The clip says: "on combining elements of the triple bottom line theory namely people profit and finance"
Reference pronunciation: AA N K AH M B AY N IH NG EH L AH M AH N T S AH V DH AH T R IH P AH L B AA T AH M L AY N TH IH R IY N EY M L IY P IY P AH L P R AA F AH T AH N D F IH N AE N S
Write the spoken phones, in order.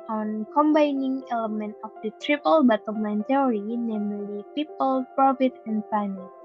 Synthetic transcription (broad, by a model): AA N K AH M B AY N IH NG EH L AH M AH N T AH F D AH T R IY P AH L B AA T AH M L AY N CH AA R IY N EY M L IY P IY P AH L P R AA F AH T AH N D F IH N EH